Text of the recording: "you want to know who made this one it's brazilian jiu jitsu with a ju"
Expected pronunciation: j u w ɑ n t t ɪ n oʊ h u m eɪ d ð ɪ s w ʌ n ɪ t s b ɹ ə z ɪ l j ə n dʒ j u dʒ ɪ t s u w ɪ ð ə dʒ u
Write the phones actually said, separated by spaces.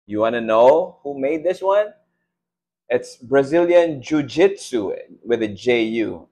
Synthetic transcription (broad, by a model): j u w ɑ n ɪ n oʊ h u m eɪ d ð ɪ s w ʌ n ɪ t s b ɹ ə z ɪ l j ə n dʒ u dʒ ɪ t s u w ɪ ð ə dʒ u